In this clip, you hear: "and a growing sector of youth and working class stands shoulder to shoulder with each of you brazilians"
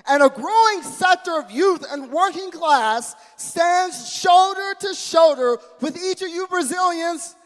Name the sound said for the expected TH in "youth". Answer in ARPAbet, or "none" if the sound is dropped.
TH